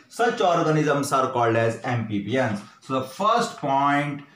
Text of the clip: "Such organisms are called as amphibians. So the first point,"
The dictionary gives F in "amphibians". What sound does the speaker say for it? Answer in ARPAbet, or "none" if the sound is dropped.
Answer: P